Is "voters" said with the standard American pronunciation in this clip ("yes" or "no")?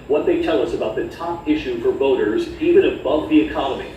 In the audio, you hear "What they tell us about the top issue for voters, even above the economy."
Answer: yes